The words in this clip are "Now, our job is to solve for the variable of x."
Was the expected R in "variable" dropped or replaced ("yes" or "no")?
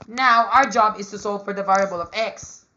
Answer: no